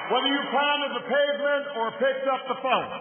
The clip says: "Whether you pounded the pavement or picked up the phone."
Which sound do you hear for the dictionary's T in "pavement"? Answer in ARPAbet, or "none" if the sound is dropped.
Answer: none